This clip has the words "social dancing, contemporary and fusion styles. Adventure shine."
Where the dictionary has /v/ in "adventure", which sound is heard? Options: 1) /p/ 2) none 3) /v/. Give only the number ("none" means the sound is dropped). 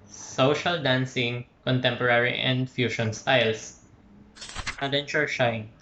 2